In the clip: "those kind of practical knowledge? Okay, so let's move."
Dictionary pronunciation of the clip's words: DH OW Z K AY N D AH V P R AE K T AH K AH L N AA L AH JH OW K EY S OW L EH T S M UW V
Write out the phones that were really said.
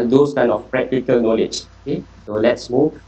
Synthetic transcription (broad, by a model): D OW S K AY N AH F P R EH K T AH K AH L N AA L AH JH OW K EY S OW L EH T S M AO